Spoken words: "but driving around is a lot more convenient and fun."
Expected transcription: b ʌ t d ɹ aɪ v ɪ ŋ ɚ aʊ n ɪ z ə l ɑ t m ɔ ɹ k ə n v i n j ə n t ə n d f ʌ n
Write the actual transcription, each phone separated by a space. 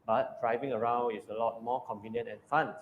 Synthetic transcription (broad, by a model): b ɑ t d ɹ aɪ v ɪ ŋ ɚ aʊ n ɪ s ə l ɑ t m ɔ k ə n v i n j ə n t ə n f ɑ n